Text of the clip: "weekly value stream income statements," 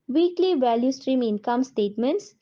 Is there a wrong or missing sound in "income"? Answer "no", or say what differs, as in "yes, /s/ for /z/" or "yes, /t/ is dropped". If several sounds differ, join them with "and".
no